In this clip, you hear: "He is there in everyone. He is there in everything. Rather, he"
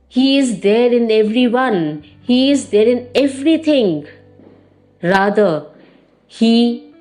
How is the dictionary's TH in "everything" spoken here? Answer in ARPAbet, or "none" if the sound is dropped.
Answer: T